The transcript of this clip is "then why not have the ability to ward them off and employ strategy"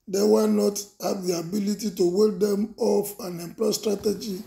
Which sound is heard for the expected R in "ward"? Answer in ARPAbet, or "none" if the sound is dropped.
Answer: L